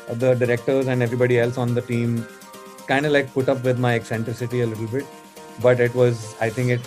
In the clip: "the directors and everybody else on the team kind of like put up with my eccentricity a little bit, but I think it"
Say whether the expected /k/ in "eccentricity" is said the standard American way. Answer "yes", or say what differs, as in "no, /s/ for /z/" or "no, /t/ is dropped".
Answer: yes